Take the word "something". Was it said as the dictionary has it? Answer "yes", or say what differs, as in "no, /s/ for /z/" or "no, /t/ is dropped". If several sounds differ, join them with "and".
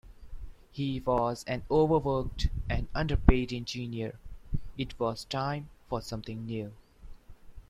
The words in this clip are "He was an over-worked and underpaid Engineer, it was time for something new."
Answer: no, /t/ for /θ/